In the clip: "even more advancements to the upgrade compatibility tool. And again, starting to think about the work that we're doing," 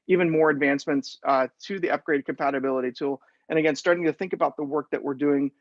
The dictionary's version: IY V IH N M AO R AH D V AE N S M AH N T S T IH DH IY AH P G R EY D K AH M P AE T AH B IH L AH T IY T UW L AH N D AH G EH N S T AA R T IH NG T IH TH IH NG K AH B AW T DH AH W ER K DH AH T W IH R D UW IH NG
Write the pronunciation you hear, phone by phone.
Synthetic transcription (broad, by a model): IY V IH N M AO R AH D V AE N S M AH N T S T IH DH IY AH P G R EY D K M P AE T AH B IH L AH T IY T UW L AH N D AH G EH N S T AA R T IH NG T IH TH IH NG K AH B AW T DH AH W ER K DH AH T W IH R D UW IH NG